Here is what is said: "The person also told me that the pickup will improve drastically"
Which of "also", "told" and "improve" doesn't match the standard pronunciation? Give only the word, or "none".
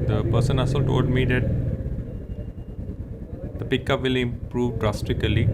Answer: also